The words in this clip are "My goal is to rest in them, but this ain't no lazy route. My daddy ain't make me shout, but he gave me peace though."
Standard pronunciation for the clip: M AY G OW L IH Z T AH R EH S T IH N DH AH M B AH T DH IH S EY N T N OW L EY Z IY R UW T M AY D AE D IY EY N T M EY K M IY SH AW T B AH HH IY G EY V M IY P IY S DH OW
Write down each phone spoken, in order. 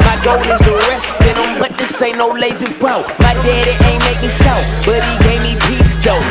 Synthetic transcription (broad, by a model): M AY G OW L IH Z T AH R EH S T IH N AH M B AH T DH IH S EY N N OW L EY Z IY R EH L M AY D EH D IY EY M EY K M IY S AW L B AH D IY G EY V M IY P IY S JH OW